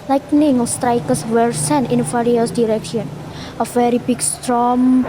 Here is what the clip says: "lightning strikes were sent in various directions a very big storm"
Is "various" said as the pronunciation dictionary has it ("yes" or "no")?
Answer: no